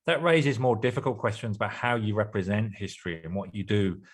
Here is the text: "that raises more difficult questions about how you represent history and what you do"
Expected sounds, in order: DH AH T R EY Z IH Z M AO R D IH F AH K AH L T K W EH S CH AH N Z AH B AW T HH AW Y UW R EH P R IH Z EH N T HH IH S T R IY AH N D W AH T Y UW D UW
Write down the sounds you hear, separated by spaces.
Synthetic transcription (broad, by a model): DH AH T R EY Z IH Z M AO D IH F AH K AH L K W EH S CH AH N Z AH B AW T HH AW Y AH R EH P R IH Z EH N T HH IH S T R IY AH N W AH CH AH D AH